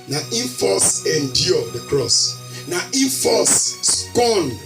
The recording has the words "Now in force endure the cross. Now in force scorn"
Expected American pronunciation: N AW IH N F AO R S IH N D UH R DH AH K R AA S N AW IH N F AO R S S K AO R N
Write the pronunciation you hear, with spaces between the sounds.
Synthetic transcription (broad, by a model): N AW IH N F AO S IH N D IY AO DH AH K R AA S N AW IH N F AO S S K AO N